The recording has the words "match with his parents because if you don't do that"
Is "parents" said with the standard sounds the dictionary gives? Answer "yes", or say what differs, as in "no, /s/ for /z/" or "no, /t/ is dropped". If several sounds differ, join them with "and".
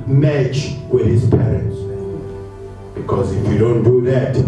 yes